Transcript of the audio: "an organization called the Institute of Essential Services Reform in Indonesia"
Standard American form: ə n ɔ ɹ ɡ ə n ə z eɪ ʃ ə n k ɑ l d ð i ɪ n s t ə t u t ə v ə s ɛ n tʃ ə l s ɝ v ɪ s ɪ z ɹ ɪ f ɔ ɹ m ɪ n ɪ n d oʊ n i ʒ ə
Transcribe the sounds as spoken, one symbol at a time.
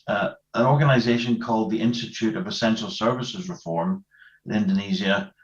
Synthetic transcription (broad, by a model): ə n ɔ ɹ ɡ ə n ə z eɪ ʃ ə n k ɑ l d ð i ɪ n s t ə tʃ u t ə v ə s ɛ n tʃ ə l s ɝ v ɪ s ɪ z ɹ ɪ f ɔ ɹ m ɪ n ɪ n d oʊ n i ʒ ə